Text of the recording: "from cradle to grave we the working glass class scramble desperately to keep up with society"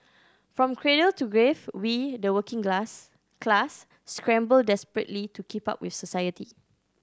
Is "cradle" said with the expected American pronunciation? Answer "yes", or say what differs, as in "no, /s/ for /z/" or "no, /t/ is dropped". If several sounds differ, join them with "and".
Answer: yes